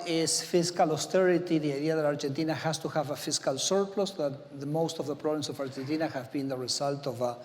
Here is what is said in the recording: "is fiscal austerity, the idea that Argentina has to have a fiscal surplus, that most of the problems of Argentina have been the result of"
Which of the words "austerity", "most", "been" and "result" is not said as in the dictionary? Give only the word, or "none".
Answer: result